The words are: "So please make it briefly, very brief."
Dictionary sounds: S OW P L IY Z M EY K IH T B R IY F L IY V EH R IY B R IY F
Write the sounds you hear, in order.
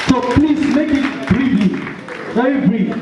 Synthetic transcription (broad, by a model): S OW P L IY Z M EY K IH T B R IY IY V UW IY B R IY